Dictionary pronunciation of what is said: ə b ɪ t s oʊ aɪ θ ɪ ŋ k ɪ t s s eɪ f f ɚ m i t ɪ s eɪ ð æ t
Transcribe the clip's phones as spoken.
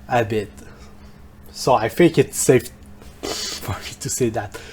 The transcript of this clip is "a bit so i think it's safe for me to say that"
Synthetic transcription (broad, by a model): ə b ɪ t s oʊ aɪ f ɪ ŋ k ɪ t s s eɪ f f ɚ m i t ɪ s eɪ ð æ t